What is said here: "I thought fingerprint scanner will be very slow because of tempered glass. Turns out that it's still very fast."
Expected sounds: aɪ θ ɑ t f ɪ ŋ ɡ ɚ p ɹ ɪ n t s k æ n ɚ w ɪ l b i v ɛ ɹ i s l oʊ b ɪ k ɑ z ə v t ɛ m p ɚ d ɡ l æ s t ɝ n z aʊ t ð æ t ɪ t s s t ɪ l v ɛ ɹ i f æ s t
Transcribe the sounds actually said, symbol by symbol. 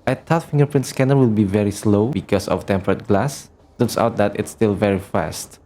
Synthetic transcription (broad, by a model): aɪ t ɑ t f ɪ ŋ ɡ ɚ p ɹ ɪ n t s k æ n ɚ w ɪ l b i v ɛ ɹ i s l oʊ b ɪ k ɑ s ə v t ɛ m p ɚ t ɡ l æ s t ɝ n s aʊ t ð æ t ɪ t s s t ɪ l v ɛ ɹ i f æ s t